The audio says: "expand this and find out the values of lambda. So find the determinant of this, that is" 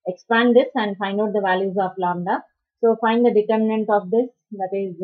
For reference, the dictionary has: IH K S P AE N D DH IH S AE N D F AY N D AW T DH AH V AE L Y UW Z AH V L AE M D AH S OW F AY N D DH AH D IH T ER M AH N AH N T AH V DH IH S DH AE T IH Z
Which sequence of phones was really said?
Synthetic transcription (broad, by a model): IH K S P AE N D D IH S AE N D F AY N D AW T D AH V AE L Y UW Z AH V L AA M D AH S OW F AY N D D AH D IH T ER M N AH N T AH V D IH S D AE T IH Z